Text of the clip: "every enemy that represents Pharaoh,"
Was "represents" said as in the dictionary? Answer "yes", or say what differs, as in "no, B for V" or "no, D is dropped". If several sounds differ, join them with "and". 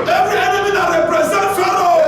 no, S is dropped